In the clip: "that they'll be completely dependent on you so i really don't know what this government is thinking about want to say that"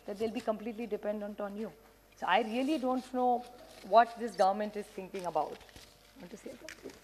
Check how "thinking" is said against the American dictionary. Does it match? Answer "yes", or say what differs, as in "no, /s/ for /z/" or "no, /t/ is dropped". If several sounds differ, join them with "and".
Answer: no, /t/ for /θ/